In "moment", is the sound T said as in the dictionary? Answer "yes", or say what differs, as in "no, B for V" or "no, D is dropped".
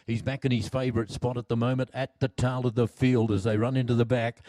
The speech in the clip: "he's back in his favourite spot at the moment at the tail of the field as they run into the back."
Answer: yes